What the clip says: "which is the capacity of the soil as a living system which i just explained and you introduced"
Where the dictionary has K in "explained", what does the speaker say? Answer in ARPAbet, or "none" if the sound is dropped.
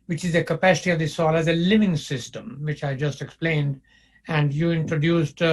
K